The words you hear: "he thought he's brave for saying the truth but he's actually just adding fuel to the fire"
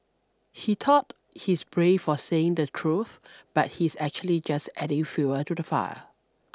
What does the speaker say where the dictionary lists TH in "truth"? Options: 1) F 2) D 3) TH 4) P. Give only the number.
3